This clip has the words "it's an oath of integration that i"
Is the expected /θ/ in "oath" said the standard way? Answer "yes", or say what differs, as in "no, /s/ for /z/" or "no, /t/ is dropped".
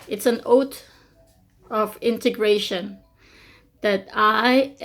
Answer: no, /t/ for /θ/